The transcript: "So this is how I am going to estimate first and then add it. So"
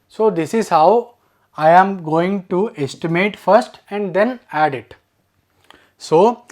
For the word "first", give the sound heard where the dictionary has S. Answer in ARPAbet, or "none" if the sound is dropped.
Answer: S